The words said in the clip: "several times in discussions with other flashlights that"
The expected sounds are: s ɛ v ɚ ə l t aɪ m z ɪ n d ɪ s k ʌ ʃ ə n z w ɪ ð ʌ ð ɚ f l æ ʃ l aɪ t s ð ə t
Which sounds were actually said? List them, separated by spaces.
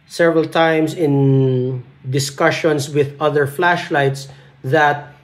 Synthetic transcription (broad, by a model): s ɛ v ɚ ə l t aɪ m s ɪ n d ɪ s k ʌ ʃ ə n s w ɪ ð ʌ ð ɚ f l æ ʃ l aɪ t s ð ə t